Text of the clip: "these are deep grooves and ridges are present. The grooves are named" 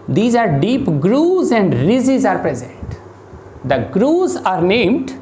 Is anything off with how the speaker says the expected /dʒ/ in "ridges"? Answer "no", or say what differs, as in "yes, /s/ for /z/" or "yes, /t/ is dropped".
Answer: yes, /z/ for /dʒ/